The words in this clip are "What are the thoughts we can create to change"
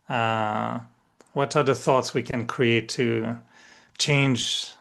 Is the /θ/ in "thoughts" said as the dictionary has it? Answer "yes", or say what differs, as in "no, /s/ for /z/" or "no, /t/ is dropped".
yes